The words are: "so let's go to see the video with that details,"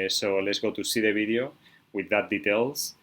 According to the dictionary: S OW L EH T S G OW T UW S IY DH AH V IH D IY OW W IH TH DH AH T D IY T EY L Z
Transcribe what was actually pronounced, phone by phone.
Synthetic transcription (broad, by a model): S OW L EH T S G OW T UW S IY DH AH B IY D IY OW W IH DH AH T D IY T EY L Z